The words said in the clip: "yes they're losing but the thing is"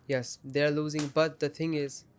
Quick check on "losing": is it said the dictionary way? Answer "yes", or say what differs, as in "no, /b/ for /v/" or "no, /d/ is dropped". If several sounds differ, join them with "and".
yes